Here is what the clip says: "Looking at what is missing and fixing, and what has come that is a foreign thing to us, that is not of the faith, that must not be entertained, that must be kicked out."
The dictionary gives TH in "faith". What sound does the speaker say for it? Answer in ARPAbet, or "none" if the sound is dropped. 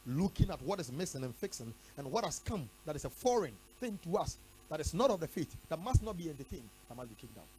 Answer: T